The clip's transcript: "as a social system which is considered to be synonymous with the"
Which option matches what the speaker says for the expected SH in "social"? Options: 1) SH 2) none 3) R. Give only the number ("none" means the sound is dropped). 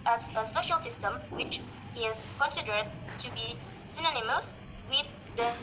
1